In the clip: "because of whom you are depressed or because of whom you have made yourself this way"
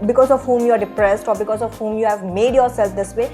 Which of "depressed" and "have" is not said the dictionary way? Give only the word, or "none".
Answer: none